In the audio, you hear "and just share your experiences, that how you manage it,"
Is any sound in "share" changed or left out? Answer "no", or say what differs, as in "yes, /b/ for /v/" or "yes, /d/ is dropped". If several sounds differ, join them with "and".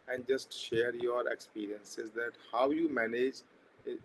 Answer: no